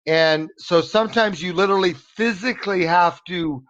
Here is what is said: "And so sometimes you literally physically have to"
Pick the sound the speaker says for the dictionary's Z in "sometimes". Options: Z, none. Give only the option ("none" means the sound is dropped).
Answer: Z